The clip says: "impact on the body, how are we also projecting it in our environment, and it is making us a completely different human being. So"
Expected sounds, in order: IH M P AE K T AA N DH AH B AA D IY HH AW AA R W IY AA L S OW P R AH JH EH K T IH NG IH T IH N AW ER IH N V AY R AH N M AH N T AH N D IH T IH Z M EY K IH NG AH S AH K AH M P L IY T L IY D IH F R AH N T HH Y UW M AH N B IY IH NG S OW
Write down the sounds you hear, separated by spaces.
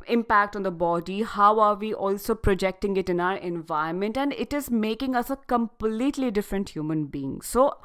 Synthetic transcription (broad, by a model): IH M P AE K T AA N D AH B AA D IY HH AW AA R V IY AA L S OW P R AH JH EH K T IH NG IH T IH N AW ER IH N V AY AH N M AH N T AH N D IH T IH Z M EY K IH NG AH S AH K AH M P L IY T L IY D IH F R AH N T HH Y UW M AH N B IY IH NG S OW